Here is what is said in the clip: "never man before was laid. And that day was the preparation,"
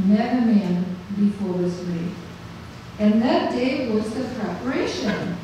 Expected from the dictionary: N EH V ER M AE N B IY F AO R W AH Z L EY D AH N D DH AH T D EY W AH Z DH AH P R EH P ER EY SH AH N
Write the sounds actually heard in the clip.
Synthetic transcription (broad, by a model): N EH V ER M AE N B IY F AO R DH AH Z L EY AH N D DH AH T D EY W AH Z DH AH P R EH P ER EY SH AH N